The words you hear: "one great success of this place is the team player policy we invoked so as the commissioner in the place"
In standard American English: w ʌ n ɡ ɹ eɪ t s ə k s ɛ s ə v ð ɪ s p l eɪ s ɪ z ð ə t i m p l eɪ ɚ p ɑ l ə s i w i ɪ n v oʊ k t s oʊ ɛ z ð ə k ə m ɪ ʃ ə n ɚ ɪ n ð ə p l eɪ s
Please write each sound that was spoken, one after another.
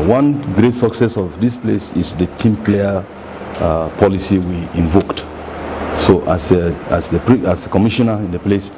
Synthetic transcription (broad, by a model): w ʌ n ɡ ɹ eɪ t s ə k s ɛ s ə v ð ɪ s p l eɪ s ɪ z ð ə t i m p l eɪ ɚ p ɑ l ə s i w i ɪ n v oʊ k t s oʊ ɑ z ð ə k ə m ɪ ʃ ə n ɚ ɪ n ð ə p l eɪ s